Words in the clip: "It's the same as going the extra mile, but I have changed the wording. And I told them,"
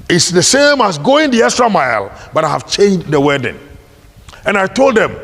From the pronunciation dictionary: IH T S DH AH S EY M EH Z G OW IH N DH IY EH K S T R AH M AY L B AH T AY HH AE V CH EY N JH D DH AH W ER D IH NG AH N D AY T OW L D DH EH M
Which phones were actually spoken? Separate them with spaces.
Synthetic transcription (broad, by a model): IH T S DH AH S EY M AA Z G OW IH N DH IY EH S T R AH M AY L B AH T AY HH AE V CH EY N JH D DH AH W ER D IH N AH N AY T OW L D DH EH M